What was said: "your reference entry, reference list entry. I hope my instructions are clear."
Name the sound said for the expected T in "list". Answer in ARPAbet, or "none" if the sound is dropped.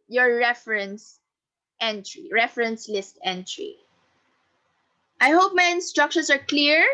T